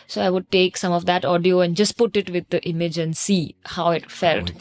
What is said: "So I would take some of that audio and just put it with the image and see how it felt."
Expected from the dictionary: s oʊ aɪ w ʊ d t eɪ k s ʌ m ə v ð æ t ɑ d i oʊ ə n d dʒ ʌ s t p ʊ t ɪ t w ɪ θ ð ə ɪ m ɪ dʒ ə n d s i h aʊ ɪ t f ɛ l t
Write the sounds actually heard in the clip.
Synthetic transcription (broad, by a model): s oʊ aɪ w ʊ d t eɪ k s ʌ m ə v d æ t ɑ d i oʊ ə n d dʒ ʌ s t p ʊ t ɪ t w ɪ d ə ɪ m ɪ dʒ ə n d s i h aʊ ɪ t f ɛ l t